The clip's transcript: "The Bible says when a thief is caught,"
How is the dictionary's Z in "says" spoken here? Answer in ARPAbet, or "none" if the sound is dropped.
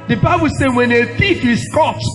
none